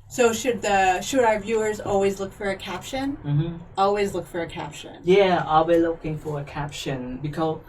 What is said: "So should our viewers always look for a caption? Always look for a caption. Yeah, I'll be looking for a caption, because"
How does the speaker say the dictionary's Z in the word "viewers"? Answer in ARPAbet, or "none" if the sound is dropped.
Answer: Z